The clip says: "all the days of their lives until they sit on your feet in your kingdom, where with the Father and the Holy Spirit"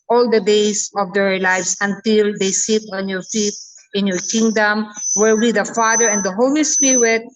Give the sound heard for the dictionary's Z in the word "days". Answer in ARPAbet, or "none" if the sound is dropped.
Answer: S